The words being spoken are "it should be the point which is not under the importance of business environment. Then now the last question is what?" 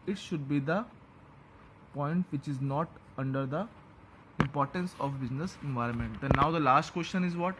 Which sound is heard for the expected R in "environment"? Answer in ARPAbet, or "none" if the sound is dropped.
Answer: R